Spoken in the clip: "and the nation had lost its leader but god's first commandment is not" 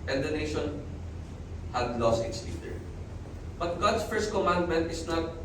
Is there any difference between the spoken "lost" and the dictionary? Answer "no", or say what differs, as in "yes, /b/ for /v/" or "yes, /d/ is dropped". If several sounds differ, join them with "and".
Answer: no